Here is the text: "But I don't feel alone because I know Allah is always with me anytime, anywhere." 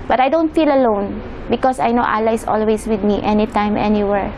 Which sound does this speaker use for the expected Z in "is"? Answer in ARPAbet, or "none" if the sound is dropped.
S